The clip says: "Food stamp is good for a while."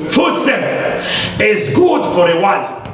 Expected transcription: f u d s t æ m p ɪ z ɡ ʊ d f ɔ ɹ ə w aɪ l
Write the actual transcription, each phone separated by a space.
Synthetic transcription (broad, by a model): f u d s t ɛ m ɪ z ɡ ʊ d f ɔ ɹ ə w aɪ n